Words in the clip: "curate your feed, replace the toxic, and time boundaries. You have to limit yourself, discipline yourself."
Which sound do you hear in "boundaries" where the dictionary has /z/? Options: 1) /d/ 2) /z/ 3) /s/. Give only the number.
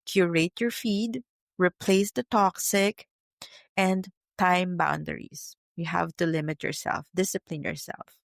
3